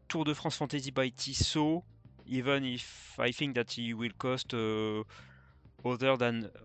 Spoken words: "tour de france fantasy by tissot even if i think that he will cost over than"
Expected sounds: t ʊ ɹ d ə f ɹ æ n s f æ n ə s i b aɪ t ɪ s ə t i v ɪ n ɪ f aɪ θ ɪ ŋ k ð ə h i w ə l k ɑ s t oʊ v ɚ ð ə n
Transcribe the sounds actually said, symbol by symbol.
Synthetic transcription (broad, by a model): t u ɹ d ə f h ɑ s f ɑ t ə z i b aɪ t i s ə i v ɪ n ɪ f aɪ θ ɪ ŋ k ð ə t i w ə l k ɑ s t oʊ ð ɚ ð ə n